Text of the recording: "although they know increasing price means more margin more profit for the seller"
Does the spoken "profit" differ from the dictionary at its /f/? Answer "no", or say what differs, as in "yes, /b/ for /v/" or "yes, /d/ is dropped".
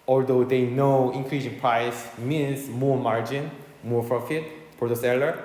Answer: no